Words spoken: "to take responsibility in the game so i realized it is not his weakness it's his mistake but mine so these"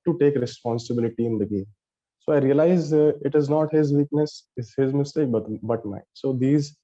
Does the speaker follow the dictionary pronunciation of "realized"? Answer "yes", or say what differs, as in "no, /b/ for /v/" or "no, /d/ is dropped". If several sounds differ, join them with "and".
no, /d/ is dropped